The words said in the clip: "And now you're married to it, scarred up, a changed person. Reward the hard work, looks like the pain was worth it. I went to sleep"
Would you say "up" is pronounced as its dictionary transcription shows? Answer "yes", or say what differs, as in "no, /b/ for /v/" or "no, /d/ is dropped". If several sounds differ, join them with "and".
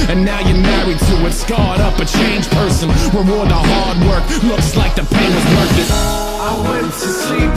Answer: yes